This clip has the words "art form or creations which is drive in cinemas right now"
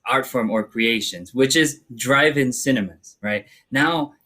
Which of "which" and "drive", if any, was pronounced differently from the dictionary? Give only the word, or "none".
none